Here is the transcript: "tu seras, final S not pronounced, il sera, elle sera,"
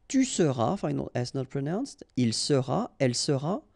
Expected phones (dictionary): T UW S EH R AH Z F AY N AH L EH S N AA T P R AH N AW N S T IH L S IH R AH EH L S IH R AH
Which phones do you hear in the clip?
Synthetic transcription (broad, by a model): T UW S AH R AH F AY N AH L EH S N AA T P R AH N AW N S T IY L S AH R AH EH L S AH R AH